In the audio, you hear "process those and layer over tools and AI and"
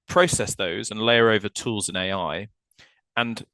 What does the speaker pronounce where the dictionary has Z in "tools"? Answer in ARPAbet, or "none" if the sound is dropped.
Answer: Z